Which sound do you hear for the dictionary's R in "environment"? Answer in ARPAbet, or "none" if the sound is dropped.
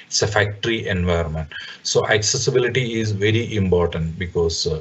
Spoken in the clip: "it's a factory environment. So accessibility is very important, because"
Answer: none